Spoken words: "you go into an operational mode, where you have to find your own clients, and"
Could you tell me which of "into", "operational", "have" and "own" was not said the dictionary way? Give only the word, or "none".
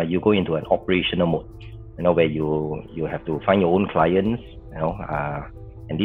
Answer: have